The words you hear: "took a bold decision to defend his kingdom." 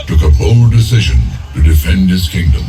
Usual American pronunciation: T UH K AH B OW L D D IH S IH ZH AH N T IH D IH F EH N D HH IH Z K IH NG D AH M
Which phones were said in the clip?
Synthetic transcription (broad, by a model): T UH K AH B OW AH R D IH S IH ZH AH N T IH D IH F EH N D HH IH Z K IH NG D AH M